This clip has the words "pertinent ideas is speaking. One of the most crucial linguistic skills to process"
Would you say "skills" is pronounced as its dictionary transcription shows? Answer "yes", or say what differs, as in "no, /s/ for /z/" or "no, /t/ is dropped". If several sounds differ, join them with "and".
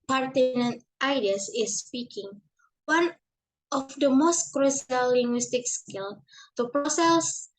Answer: no, /z/ is dropped